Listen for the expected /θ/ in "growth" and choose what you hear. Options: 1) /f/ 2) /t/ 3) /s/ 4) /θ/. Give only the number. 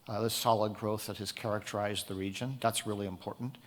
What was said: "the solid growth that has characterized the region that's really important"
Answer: 4